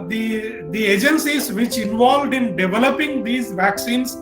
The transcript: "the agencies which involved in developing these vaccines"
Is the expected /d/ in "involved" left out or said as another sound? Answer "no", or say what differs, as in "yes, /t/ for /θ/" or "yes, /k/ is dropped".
no